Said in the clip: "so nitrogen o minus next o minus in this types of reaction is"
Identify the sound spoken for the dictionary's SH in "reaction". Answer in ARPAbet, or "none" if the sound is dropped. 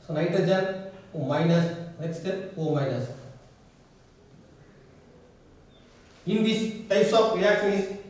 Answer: none